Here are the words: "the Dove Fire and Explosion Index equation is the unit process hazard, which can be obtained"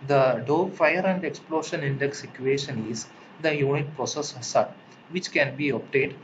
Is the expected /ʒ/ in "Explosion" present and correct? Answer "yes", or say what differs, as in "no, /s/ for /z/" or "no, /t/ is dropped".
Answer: no, /ʃ/ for /ʒ/